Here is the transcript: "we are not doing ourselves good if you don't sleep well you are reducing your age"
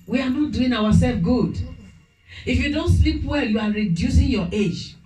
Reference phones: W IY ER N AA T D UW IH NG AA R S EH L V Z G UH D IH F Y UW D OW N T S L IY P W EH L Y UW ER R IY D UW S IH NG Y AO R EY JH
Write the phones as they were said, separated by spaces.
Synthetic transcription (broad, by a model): W IY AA N AA T D UW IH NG AA W S EH L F G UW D IH F Y UW D OW N T S L IY P W EH L Y UW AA R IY D UW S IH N Y AO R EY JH